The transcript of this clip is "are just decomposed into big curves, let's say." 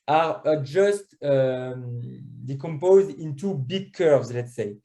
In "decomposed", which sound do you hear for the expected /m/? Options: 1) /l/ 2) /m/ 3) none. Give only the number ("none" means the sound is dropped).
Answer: 2